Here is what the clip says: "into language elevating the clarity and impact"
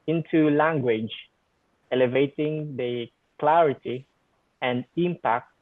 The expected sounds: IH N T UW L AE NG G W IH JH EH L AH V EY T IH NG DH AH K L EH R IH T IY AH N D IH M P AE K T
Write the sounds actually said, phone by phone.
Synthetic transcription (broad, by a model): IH N T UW L AE NG G W IH JH EH L AH V EY T IH NG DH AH K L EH R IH T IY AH N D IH M P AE K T